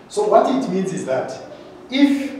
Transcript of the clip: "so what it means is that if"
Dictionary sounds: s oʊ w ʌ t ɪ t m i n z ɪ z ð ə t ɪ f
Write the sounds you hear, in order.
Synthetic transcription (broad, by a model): s oʊ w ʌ t ɪ t m i n z ɪ z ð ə t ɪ f